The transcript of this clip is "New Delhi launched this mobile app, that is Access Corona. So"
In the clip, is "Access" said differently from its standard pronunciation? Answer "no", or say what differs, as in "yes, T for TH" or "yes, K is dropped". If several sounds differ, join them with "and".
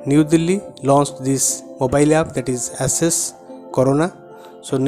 yes, K is dropped